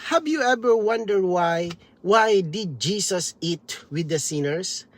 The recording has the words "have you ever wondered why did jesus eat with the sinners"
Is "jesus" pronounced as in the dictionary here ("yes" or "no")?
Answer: no